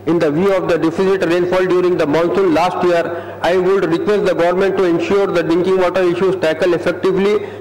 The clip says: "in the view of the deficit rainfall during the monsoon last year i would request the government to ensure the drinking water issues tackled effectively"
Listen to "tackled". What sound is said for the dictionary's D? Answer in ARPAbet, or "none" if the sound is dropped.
none